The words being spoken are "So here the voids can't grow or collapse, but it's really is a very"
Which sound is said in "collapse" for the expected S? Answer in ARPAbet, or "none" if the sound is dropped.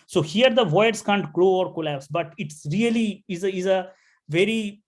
S